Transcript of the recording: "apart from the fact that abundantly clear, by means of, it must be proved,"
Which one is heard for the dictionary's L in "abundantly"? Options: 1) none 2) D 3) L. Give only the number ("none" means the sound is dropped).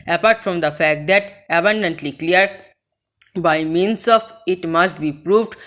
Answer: 3